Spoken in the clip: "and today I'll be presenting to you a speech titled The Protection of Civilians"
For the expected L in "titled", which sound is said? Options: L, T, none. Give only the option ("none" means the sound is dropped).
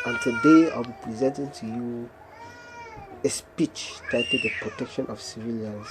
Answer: none